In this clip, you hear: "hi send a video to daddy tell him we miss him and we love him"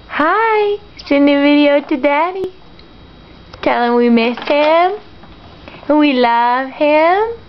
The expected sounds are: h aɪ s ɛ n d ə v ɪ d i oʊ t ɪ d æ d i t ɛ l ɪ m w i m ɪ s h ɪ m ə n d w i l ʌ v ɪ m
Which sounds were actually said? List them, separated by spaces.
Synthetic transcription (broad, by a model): h aɪ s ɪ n ə v ɪ d i oʊ t ɪ d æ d i t ɛ l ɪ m w i m ɪ s h ɪ m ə n w i l ʌ v ɪ m